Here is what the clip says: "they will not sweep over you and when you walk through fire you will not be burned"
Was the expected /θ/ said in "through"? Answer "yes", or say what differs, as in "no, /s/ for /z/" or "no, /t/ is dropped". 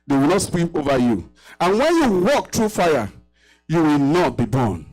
no, /t/ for /θ/